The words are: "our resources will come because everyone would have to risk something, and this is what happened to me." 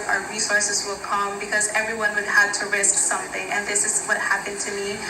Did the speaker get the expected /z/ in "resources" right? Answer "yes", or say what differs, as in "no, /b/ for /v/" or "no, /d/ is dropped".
yes